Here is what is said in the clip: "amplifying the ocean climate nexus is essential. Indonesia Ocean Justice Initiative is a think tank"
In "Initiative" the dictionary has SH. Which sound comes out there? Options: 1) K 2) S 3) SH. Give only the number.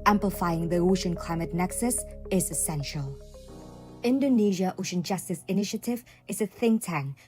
3